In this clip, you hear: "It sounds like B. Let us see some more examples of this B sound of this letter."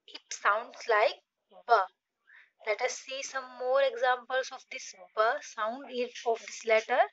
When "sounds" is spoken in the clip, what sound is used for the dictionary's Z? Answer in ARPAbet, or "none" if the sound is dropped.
S